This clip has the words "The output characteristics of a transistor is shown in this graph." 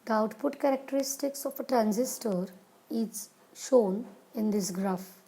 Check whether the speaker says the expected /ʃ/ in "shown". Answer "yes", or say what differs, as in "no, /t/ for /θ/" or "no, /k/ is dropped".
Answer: yes